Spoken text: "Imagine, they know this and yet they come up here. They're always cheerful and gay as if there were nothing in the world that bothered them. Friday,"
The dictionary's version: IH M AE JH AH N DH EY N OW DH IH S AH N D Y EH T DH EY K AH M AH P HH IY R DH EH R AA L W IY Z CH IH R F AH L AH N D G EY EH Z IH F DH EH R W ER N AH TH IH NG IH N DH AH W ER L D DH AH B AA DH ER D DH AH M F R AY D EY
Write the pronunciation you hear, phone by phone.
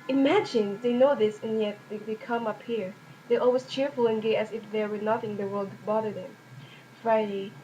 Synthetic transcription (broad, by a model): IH M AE JH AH N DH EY N OW DH IH S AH N Y EH T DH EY K AH M AH P HH IY R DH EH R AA L W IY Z CH IH R F AH L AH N G EY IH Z IH F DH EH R W ER N AH TH IH NG DH AH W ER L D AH B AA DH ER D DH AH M F R AY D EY